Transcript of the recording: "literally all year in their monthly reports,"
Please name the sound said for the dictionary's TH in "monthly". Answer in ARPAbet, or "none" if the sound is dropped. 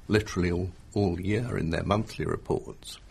TH